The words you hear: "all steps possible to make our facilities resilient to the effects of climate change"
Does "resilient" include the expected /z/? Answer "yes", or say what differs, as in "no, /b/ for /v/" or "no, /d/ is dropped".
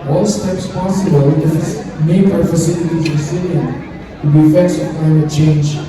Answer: no, /s/ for /z/